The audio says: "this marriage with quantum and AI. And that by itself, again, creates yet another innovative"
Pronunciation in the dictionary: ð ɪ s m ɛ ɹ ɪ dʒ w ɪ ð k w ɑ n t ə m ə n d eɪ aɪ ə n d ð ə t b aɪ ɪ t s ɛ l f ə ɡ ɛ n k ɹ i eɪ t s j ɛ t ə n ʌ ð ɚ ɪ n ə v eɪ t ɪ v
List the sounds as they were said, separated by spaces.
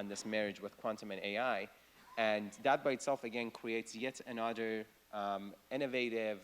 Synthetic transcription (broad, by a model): ð ɪ s m ɛ ɹ ɪ dʒ w ɪ ð k w ɑ n t ə m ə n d eɪ aɪ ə n ð ə t b aɪ ɪ t s ɛ l f ə ɡ ɛ n k ɹ i eɪ t s j ɛ t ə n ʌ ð ɚ ɪ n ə v eɪ t ɪ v